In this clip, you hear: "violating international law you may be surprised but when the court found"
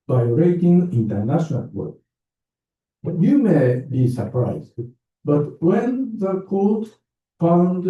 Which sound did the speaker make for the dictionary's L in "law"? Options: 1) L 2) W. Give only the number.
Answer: 2